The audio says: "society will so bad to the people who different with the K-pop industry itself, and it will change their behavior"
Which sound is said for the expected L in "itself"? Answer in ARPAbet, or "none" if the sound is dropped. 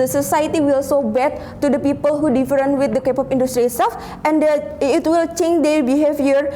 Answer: none